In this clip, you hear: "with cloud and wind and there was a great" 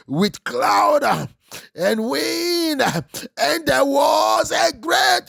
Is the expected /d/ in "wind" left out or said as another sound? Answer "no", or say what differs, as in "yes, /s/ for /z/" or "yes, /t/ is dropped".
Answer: yes, /d/ is dropped